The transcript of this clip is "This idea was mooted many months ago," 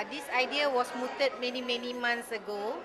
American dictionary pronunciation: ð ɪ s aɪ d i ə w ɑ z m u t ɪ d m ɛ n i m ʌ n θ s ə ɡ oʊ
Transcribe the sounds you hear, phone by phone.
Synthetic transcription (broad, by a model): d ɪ s aɪ d i ə w ɑ s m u t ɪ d m ɛ n i m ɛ n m s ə ɡ oʊ